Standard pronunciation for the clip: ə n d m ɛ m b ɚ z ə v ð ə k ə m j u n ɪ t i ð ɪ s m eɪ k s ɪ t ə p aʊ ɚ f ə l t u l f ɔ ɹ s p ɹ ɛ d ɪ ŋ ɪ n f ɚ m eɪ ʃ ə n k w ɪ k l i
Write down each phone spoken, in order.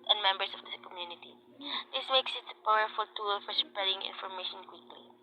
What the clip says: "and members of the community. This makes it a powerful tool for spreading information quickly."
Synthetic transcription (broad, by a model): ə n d m ɛ m b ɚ s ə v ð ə k ə m j u n ɪ t i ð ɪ s m eɪ k s ɪ t ə p aʊ ɚ f ə l t u l f ɔ ɹ s p ɹ ɛ d ɪ ŋ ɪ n f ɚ m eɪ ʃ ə n k w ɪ k l i